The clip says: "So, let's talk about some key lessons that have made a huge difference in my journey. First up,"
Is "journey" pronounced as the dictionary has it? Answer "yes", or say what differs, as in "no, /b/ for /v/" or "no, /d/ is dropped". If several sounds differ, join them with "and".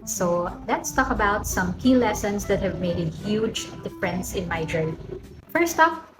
no, /n/ is dropped